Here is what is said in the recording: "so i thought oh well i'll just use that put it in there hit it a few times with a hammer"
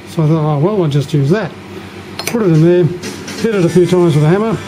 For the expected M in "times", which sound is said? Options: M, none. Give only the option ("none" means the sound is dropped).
none